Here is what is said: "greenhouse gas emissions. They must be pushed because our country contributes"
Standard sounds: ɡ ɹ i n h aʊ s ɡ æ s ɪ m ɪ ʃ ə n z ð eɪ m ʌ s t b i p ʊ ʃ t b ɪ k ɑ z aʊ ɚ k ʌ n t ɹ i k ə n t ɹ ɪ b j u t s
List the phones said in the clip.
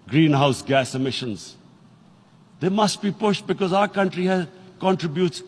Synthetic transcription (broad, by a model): ɡ ɹ i n h aʊ s ɡ æ s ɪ m ɪ ʃ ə n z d eɪ m ʌ s t b i p ʊ ʃ t b ɪ k ɑ z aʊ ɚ k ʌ n t ɹ i k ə n t ɹ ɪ b j u t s